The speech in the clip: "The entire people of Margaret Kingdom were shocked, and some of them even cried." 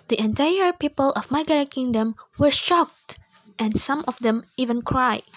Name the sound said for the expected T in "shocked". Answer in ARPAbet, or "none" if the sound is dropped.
T